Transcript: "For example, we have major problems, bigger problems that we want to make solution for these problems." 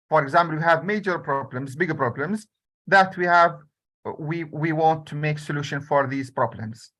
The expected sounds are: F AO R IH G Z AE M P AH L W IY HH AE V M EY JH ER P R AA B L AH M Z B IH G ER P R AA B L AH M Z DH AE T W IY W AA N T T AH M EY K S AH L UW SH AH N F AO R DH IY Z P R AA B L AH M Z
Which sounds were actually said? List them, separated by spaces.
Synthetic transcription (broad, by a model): F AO R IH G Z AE M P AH L W IY HH AE V M EY JH ER P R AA B L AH M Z B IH G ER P R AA B L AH M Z DH AE T W IY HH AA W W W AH M EY K S AH L UW SH AH N F AO R DH IY Z P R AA B L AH M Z